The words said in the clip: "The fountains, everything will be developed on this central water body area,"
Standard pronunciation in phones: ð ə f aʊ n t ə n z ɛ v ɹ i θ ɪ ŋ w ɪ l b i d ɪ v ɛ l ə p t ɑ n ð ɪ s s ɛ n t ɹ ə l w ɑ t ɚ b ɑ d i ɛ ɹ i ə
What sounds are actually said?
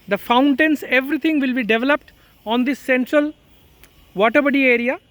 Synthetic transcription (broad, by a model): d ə f aʊ n t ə n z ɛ v ɹ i t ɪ ŋ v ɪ l b i d ɪ v ɛ l ə p t ɑ n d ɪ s s ɛ n t ɹ ə l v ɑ t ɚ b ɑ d i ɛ ɹ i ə